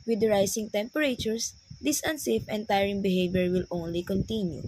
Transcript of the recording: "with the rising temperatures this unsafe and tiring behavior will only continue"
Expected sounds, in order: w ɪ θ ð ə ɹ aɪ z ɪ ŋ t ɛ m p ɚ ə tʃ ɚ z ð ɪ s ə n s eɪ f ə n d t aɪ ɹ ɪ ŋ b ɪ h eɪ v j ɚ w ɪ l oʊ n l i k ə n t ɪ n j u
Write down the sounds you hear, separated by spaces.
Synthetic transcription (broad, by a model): w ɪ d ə ɹ aɪ s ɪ ŋ t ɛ m p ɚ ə tʃ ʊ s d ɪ s ə n s eɪ f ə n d t aɪ ɹ ɪ ŋ b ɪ h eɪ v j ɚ w ɪ l oʊ n l i k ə n t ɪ n j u